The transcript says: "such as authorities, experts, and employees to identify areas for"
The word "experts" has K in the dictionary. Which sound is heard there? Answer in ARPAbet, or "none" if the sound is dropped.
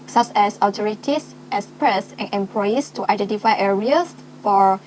none